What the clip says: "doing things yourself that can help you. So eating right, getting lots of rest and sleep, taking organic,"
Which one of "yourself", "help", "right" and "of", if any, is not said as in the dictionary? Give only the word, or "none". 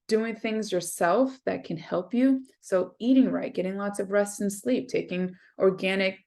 none